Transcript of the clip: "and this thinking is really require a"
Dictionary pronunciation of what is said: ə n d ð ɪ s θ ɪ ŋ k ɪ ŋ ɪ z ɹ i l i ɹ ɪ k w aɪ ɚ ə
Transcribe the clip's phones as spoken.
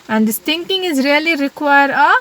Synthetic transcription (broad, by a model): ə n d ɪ s t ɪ ŋ k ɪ ŋ ɪ z ɹ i l i ɹ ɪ k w aɪ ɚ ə